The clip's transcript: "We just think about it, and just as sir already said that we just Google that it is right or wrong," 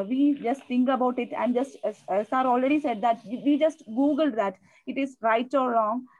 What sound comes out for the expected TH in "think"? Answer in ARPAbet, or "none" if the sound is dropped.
T